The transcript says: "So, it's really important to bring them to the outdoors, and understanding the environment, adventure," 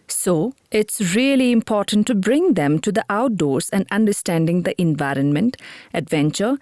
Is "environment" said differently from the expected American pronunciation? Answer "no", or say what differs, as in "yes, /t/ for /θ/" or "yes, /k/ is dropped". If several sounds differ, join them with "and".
no